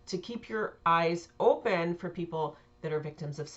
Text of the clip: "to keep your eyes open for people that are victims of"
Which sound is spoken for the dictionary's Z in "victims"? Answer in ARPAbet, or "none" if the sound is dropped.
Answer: Z